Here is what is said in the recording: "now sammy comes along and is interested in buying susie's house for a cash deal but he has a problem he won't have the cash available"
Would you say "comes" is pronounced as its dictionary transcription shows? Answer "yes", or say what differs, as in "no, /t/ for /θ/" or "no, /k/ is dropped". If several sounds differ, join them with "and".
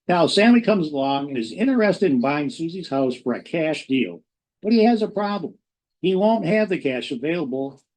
yes